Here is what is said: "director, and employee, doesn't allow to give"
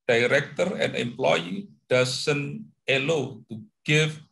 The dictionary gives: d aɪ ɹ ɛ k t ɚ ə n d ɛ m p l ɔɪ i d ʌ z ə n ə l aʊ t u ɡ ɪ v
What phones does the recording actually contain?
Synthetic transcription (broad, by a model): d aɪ ɹ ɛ k t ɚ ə n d ɛ m p l ɔɪ i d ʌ s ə n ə l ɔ t u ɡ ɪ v